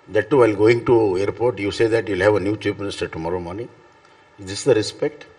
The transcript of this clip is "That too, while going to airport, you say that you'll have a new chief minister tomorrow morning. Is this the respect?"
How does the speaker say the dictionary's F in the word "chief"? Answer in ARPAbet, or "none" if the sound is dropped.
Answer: P